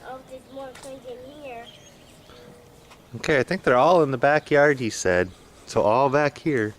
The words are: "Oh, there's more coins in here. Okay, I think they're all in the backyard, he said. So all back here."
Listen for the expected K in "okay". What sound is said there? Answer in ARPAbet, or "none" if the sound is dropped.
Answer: K